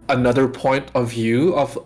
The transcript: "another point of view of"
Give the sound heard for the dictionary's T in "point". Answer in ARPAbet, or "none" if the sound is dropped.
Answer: T